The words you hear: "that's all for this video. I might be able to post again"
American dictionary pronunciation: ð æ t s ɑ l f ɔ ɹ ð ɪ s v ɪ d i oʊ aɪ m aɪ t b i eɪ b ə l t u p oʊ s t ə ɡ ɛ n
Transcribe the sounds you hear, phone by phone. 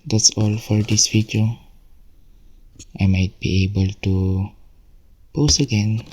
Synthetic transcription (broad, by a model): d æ t s ɑ l f ɔ ɹ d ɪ s f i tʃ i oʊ aɪ m aɪ t b i eɪ b ə l t u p oʊ s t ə ɡ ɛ n